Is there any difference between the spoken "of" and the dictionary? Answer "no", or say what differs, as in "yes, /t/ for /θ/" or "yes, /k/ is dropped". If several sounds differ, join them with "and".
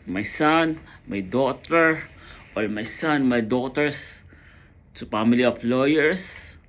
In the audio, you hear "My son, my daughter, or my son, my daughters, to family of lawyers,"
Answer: yes, /p/ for /v/